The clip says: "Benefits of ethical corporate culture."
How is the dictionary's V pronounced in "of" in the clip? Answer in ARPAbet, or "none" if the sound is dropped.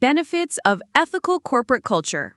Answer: V